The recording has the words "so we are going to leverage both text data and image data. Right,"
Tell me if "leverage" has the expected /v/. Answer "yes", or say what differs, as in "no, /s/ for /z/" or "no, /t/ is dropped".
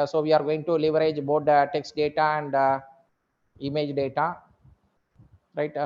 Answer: yes